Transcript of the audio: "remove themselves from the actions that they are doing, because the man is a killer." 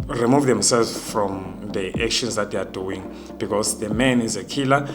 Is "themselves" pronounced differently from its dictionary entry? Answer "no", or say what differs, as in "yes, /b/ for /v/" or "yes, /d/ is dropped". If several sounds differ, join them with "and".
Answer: yes, /v/ is dropped